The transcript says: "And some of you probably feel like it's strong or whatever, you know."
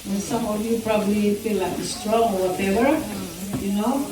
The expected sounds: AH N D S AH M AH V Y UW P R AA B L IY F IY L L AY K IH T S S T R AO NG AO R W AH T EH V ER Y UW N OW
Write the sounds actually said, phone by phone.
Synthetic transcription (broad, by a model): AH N S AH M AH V Y UW P R AA B L IY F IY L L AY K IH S S T R AO NG AO R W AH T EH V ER Y UW N OW